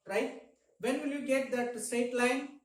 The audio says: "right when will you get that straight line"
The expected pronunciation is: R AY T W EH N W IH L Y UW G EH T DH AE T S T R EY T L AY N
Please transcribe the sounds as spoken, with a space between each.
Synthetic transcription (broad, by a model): R AY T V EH N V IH L Y UW G EH T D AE T S T EY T L AY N